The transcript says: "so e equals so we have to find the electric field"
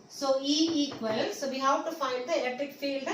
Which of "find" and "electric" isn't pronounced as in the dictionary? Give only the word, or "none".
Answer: electric